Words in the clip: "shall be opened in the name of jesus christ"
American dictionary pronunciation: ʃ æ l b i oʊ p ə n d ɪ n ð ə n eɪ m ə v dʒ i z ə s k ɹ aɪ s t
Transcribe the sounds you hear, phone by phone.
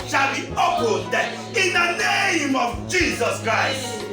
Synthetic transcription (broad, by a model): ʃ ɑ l b i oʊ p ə d ɪ n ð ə n eɪ m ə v dʒ i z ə s k ɹ aɪ s t